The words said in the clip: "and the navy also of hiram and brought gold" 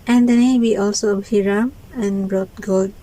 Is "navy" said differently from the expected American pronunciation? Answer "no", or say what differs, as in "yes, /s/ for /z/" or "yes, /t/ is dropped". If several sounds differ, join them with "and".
yes, /w/ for /v/